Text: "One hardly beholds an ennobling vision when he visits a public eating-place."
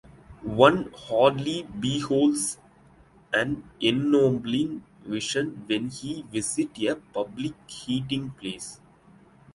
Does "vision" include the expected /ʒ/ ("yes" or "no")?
no